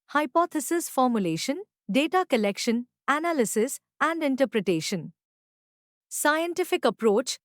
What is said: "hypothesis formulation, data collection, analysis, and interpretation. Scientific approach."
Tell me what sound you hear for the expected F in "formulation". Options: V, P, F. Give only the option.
F